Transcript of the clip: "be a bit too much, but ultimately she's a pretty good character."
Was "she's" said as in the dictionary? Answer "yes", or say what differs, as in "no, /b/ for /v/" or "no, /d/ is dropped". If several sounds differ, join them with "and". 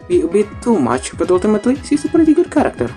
no, /s/ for /ʃ/ and /s/ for /z/